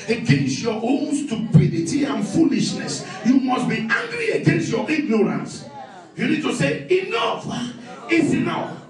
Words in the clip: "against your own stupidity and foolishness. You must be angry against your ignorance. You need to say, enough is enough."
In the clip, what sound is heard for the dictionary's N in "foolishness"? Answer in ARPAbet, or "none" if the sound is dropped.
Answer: N